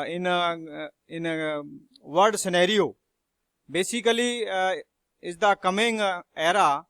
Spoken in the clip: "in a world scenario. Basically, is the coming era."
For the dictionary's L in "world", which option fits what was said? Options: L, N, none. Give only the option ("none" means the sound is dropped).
none